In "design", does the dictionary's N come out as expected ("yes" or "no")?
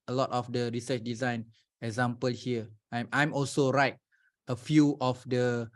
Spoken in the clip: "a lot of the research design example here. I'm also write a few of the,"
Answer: yes